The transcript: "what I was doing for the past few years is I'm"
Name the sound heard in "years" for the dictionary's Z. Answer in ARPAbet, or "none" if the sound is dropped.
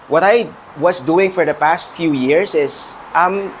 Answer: S